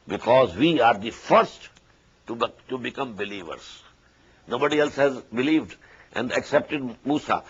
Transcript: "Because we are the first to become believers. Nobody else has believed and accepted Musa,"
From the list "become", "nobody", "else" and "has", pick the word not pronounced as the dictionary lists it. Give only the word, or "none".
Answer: none